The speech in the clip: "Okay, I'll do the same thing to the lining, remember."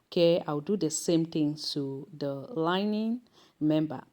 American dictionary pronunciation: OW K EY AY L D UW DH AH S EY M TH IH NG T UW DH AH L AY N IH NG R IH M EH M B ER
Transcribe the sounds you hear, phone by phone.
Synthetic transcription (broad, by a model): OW K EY AY W D UW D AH S EY M T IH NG T UW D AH L AY N IH NG M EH M B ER